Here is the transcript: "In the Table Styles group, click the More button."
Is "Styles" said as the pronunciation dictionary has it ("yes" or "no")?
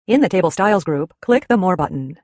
yes